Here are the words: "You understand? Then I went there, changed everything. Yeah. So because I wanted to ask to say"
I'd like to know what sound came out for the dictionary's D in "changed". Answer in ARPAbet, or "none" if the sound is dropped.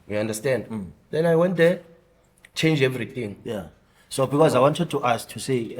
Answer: none